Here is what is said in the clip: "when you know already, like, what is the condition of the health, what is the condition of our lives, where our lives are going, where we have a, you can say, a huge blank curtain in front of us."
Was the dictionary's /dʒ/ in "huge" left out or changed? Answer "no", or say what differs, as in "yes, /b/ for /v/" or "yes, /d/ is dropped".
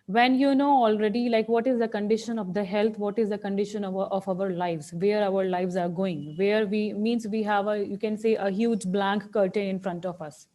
no